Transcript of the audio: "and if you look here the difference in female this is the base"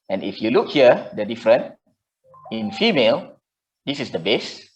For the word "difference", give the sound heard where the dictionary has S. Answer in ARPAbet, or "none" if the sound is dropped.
none